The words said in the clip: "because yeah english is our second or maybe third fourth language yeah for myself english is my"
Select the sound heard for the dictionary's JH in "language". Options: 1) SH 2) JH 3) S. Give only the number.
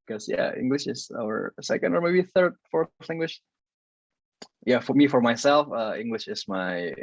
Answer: 1